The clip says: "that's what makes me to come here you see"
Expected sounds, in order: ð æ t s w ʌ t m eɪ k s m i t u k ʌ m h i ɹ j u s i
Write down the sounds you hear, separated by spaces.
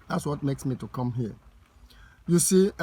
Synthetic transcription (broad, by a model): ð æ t s w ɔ t m eɪ k s m i t u k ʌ m h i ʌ j u s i